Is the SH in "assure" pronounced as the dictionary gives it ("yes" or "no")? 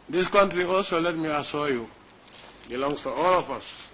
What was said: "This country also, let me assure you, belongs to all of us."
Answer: no